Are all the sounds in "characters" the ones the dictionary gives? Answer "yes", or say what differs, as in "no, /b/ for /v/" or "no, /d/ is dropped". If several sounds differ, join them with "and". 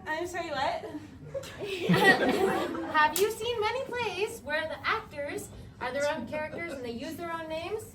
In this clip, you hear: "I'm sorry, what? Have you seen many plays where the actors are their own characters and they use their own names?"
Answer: yes